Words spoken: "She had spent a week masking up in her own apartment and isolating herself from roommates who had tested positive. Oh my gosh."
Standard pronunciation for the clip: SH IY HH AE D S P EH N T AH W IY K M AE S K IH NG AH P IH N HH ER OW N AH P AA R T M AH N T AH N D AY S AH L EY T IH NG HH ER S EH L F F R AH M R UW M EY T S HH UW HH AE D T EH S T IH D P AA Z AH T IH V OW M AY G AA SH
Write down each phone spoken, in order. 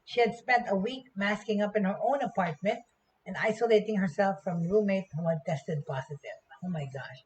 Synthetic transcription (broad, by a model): SH IY HH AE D S P EH N T AH W IY K M AE S K IH NG AH P IH N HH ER OW N AH P AA R T M AH N T AH N D AY S AH L EY T IH NG HH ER S EH L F F R AH M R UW M EY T HH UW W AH T EH S T IH D P AA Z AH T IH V OW M AY G AA SH